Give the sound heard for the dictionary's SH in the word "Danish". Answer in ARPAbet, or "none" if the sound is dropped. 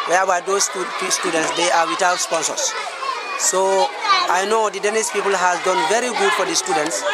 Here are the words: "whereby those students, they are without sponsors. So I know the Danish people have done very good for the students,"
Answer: S